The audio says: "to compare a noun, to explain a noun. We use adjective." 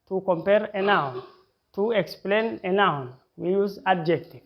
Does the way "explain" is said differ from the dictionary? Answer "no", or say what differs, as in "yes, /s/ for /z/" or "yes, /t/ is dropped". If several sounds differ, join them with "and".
no